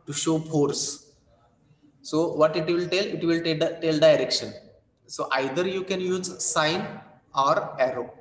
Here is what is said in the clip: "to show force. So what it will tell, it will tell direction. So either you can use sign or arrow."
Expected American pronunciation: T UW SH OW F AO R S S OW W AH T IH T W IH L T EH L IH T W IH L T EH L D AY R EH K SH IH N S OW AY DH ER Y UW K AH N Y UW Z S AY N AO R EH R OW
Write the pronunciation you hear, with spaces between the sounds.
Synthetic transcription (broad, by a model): T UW SH OW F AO R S S OW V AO T IH T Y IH L T EH L IH T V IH L T EH L D AY R EH K SH IH N S OW AY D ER Y UW K AH N Y UW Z S AY N AO R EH R OW